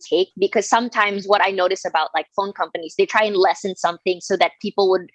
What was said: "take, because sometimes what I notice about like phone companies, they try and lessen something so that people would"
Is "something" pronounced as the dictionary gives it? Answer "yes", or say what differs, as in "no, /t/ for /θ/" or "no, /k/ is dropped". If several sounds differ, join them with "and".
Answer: yes